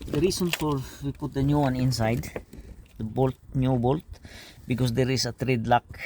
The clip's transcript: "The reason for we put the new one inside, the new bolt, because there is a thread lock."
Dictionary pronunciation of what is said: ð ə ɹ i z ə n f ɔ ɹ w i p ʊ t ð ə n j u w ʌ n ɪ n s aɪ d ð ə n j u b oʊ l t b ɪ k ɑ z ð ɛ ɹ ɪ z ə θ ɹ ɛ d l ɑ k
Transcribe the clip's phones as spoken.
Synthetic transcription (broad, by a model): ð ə ɹ i s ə n f ɔ ɹ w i p ʊ t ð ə n j u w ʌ n ɪ n s aɪ d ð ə n j u b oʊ l t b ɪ k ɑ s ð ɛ ɹ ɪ s ə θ ɹ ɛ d l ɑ k